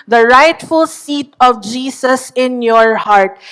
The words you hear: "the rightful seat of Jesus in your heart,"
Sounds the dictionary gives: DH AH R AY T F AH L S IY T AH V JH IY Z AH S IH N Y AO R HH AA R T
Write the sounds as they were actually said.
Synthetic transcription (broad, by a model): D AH R AY T F AH L S IY T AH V JH IY S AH S IH N Y AO R HH AA R T